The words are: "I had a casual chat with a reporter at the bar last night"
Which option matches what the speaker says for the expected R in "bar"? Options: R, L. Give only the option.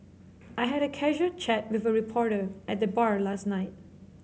R